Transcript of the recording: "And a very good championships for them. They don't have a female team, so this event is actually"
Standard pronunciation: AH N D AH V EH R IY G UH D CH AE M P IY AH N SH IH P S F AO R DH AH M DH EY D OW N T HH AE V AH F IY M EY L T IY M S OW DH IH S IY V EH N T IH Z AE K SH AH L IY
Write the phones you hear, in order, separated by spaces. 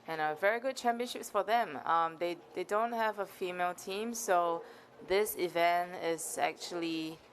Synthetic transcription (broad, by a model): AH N AH V EH R IY G UH D CH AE M P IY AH N SH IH P S F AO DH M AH M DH EY D OW N T HH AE V AH F IY M EY L T IY M S OW DH IH S IY V EH N T IH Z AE K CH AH L IY